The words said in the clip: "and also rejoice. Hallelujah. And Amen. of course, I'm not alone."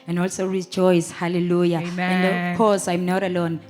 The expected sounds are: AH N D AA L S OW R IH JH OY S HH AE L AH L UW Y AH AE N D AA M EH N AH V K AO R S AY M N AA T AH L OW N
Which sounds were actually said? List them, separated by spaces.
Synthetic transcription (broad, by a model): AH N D AA L S OW R IH JH OY S HH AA L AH L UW Y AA EH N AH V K AO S AY M N AA T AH L OW N